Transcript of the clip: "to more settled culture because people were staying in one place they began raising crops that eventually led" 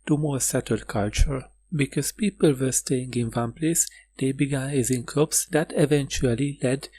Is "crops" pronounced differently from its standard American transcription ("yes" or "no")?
yes